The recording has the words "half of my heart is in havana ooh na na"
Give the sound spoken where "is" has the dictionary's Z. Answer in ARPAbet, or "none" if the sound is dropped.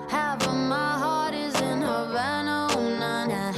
Z